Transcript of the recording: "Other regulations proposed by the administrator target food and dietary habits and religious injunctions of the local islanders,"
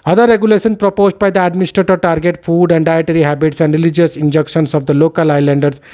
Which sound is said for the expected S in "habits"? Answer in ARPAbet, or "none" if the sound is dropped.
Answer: S